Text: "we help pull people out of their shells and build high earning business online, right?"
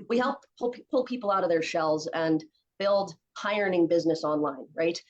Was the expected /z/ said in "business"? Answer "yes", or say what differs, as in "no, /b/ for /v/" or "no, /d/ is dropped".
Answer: yes